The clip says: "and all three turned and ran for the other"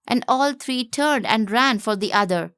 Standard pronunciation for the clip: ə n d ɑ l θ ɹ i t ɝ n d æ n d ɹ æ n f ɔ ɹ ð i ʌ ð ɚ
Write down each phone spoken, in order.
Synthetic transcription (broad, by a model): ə n d ɑ l t ɹ i t ɝ n d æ n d ɹ æ n f ɔ ɹ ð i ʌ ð ɚ